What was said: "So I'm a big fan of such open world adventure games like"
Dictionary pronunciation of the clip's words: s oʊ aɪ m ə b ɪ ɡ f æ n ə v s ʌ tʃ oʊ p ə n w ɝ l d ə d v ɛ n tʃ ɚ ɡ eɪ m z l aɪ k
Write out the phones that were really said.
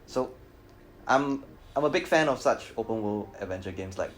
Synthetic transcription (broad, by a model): s oʊ aɪ m ə b ɪ ɡ f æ n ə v s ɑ tʃ oʊ p ə n w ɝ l ə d v ɛ n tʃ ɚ ɡ eɪ m s l aɪ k